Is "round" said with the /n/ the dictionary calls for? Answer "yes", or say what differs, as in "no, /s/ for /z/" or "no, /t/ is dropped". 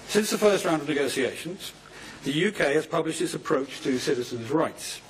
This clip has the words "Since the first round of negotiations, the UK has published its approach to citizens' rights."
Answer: yes